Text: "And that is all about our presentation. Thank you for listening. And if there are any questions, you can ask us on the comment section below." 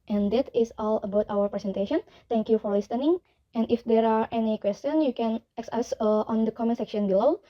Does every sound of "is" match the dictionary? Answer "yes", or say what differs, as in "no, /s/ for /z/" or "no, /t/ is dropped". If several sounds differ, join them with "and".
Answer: no, /s/ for /z/